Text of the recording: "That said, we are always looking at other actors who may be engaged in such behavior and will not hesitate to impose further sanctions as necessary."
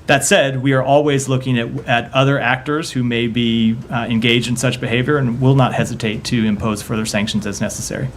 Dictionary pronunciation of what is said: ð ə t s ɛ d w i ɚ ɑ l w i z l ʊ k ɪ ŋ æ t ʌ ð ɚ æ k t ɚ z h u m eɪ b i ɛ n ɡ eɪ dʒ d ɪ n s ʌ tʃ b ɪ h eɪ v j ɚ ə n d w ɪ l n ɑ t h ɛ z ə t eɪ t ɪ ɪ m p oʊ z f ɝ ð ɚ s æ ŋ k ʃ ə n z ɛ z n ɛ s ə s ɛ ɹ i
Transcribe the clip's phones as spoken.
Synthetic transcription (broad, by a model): ð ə t s ɛ d w i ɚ ɑ l w i z l ʊ k ɪ ŋ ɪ t ʌ ð ɚ æ k t ɚ z h u m eɪ b i ɛ n ɡ eɪ dʒ d ɪ n s ʌ tʃ b ɪ h eɪ v j ɚ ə n w ɪ l n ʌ t h ɛ z ə t eɪ t ɪ ɪ m p oʊ z f ɝ ð ɚ s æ ŋ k ʃ n z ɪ z n ɛ s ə s ɛ ɹ i